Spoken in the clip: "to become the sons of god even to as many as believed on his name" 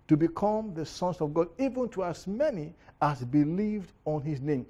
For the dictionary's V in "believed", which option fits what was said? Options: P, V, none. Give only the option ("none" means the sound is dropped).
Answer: V